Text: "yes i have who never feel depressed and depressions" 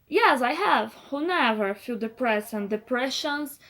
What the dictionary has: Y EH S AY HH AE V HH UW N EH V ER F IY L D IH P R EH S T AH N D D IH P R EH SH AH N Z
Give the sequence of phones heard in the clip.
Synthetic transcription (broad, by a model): Y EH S AY HH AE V HH UW N EH V ER F IY L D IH P R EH S AH N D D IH P R EH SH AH N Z